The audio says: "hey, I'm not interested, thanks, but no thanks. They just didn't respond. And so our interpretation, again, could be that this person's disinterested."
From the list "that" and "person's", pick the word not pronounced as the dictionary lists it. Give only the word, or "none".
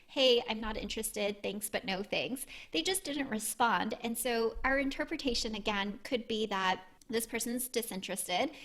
none